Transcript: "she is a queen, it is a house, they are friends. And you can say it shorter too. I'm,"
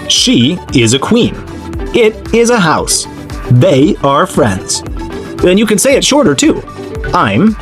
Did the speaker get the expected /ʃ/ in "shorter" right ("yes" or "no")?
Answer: yes